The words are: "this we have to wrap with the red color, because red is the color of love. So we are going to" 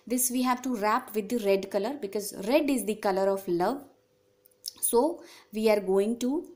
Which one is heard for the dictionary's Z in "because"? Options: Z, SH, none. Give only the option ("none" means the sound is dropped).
Z